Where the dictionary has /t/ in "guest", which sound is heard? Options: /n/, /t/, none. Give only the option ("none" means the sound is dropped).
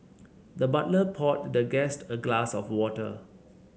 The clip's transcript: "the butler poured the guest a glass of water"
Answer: /t/